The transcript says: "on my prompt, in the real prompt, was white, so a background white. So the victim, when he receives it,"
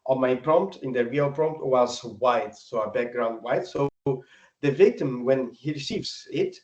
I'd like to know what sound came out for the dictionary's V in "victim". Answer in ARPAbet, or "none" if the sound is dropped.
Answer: V